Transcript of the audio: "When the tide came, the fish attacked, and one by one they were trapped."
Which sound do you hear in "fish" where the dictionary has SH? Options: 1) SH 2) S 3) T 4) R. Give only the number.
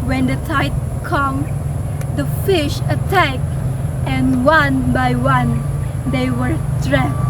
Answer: 1